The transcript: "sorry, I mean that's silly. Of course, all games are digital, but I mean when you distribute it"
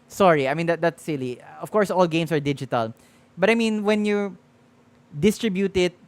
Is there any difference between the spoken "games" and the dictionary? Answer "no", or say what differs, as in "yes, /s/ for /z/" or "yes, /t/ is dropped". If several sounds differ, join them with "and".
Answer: yes, /s/ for /z/